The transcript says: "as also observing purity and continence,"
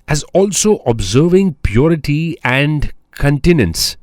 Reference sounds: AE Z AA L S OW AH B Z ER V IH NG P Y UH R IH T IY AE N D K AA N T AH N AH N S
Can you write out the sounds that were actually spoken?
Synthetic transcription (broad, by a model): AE Z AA L S OW AH B Z ER V IH NG P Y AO R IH T IY AE N D K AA N T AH N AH N S